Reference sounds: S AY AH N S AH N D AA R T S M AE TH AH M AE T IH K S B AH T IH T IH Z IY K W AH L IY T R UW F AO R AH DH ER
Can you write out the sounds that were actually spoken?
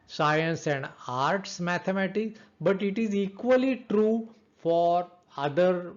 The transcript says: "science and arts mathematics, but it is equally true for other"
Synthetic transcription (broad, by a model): S AY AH N S AH N D AA R T S M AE T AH M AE T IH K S B AH T IH T IH Z IY K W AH L IY T R UW F AO R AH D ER